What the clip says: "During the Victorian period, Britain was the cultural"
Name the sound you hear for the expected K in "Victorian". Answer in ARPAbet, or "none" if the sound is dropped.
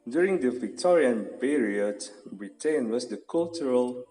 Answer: K